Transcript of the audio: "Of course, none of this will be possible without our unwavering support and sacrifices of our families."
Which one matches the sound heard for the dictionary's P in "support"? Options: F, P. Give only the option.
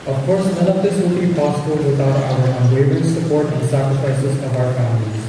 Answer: P